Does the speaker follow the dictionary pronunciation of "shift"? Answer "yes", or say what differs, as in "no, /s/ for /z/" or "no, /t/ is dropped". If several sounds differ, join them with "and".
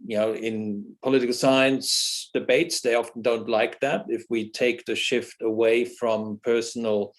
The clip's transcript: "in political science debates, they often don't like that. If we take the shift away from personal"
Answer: yes